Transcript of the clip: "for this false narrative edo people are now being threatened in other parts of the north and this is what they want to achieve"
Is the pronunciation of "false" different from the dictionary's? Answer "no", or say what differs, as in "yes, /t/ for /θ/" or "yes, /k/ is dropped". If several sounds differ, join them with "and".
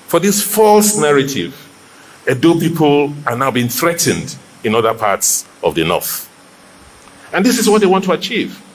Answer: no